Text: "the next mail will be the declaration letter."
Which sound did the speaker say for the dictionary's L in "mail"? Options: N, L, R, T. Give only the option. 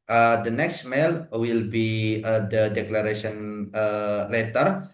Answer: L